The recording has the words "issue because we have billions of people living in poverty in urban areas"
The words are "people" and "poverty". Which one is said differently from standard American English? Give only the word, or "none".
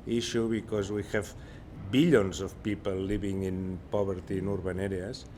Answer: poverty